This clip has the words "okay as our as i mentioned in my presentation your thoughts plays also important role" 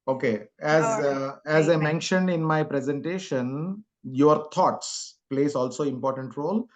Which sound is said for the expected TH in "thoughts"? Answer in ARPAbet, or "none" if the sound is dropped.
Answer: T